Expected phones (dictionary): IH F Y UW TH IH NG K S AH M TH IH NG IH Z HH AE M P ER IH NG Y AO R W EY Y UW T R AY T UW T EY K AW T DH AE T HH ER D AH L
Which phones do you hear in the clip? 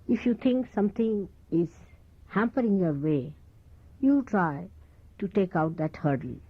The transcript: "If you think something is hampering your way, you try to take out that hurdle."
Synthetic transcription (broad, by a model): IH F Y UW T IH NG K S AH M T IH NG IH Z HH AE M P ER IH NG Y AO R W EY Y UW T R AY T UW T EY K AW T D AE T HH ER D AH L